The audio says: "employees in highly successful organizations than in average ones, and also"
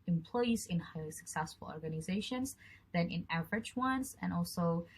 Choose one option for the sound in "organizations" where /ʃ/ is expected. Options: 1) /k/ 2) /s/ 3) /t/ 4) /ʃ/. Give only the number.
4